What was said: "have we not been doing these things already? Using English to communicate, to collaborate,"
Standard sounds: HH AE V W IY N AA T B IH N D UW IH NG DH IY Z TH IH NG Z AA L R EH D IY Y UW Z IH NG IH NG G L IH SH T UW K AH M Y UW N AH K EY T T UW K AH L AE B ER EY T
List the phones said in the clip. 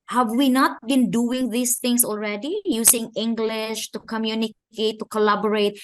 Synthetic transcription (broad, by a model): HH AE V W IY N AA T B IH N D UW IH NG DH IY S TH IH NG S AA L R EH D IY Y UW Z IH NG IH NG G L IH SH T UW K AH M Y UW N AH K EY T T UW K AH L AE B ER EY T